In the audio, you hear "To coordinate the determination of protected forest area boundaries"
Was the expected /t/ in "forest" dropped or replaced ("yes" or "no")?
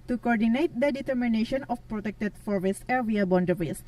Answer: yes